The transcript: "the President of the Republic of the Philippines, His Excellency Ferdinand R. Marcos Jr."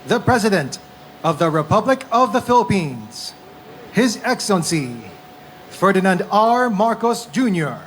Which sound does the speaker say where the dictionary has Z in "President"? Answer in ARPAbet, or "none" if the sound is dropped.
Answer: Z